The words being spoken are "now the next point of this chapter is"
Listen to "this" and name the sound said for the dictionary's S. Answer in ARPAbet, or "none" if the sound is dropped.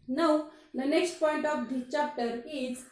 none